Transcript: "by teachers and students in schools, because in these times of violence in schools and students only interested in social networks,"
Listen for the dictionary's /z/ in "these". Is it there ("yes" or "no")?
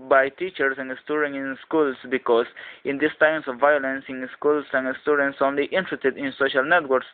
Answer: no